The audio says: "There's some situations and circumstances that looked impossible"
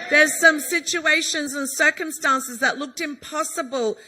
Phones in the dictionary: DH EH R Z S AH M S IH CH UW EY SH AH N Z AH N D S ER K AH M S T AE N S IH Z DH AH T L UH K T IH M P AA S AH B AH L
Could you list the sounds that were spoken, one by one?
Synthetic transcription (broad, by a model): DH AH R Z S AH M S IH CH UW EY SH AH N Z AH N S ER K AH M S T AE N S IH Z DH AH T L UH K T IH M P AA S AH B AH L